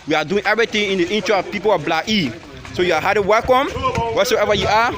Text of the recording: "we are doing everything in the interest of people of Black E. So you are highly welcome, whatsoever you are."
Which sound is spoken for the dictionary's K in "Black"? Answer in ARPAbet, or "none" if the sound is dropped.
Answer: none